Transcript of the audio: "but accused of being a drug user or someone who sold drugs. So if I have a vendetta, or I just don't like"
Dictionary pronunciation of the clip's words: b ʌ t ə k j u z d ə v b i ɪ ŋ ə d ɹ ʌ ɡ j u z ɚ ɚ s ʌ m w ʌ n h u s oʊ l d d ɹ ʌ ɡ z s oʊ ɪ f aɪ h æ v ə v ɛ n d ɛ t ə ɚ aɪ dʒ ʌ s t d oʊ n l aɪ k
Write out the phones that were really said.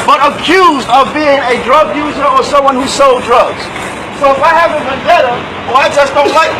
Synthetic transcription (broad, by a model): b ʌ t ə k j u z d ə v b i ɪ ŋ ə d ɹ ʌ ɡ j u z ɚ ɚ s ʌ m w ʌ n h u s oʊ l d d ɹ ʌ ɡ z s oʊ ɪ f aɪ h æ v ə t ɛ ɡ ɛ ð ə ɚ aɪ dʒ ʌ s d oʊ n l aɪ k